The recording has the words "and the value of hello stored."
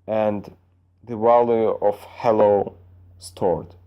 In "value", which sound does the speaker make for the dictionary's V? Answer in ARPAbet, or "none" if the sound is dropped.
W